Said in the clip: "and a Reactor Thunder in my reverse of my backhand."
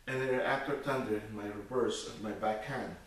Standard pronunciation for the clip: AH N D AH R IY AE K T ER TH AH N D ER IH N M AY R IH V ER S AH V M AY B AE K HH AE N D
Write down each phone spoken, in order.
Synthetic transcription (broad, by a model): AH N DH AH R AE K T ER T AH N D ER IH N M AY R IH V ER S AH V M AY B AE K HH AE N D